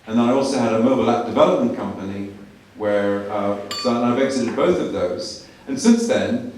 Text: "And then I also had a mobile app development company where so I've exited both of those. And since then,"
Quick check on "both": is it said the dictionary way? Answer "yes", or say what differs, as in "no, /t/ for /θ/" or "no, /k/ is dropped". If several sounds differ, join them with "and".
yes